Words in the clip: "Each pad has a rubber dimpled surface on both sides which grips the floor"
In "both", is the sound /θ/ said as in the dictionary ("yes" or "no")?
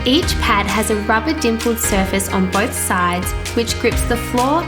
yes